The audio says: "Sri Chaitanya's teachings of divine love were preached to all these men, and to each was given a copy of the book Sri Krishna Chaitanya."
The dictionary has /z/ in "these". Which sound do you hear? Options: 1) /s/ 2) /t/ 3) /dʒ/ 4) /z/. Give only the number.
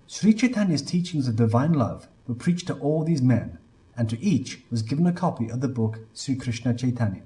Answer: 4